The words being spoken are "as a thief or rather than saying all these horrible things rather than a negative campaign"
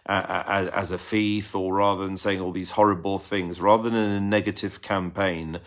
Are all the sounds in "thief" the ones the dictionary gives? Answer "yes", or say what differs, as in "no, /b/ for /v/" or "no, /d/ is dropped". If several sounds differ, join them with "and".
no, /f/ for /θ/